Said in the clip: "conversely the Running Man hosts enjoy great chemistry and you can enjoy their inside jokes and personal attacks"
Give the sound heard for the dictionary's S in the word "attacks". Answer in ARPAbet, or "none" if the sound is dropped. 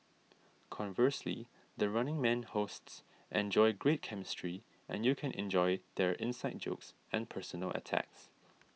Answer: S